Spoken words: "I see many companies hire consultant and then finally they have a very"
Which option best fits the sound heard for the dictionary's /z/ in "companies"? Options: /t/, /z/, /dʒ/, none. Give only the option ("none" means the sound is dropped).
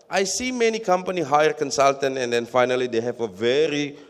none